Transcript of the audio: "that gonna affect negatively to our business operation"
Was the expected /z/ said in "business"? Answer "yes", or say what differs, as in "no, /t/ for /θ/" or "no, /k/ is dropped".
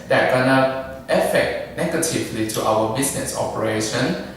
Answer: no, /s/ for /z/